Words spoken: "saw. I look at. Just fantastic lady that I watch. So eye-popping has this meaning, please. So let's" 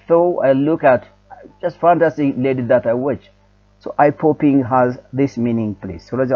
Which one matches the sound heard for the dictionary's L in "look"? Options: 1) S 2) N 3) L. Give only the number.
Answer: 3